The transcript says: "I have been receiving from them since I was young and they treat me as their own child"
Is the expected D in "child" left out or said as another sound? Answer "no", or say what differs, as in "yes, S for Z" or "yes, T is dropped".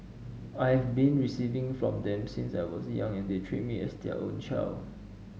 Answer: yes, D is dropped